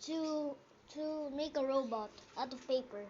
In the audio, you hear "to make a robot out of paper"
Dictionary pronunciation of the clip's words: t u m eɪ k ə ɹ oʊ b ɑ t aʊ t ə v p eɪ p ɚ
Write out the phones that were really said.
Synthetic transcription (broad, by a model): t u m eɪ k ə ɹ oʊ b ɑ t aʊ t ə v p eɪ p ɚ